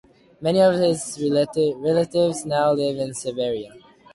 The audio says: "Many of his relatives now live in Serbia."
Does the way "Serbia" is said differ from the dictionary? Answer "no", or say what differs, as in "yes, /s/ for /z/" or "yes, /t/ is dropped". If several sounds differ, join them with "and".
yes, /b/ is dropped